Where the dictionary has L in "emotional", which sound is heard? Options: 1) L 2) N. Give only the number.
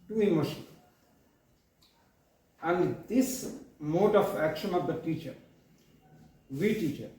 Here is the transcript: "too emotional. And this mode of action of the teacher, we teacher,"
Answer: 2